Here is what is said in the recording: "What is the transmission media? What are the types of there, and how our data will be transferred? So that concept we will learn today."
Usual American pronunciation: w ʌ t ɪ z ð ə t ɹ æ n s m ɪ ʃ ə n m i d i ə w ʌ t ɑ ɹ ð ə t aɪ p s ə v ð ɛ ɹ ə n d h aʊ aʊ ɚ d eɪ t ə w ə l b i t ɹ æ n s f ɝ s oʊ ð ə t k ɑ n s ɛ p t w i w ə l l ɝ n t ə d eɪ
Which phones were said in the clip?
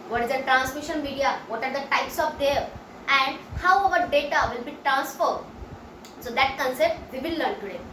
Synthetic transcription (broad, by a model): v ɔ t ɪ z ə t ɹ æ n s m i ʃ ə n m i d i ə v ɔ t ɑ ɹ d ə t aɪ p s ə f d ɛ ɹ ə n d h aʊ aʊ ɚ d eɪ t ə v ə l b i t ɹ æ n s f ɝ s oʊ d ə t k ɑ n s ɛ p t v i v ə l l ɝ n t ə d eɪ